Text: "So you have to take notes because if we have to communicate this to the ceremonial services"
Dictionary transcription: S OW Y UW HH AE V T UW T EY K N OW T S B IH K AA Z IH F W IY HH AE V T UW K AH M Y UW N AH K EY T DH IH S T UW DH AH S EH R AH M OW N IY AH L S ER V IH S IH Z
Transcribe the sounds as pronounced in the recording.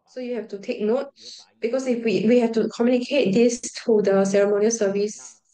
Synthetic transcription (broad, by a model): S OW Y UW HH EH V T UW T EY K N OW T B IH K AA S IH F W IY HH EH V T UW K AH M Y UW N AH K EY T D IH S T UW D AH S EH R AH M OW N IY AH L S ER V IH S